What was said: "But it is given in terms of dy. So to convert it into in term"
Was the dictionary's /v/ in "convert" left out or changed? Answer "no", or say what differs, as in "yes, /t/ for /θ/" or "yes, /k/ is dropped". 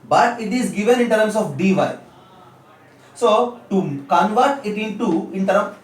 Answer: no